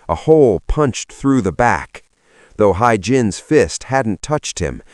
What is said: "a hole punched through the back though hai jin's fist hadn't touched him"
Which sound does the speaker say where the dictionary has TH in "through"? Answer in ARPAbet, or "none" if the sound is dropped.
TH